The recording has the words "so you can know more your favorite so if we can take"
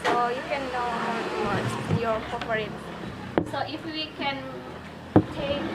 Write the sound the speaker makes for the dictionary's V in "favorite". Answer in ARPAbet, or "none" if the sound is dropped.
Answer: P